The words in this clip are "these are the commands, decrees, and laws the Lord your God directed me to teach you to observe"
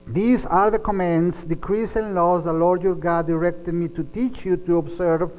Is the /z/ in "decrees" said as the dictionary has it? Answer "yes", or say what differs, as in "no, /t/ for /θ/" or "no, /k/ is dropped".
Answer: no, /s/ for /z/